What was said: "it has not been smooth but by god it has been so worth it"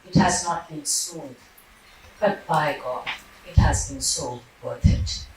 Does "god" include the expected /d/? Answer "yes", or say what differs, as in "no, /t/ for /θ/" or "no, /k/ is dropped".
no, /d/ is dropped